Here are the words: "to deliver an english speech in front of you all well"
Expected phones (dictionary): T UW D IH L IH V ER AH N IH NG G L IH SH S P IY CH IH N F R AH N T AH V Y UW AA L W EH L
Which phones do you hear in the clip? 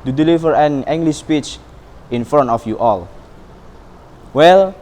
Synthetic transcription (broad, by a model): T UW D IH L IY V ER AH N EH NG G L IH S P IY CH IH N F R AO N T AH F Y UW AA L W EH L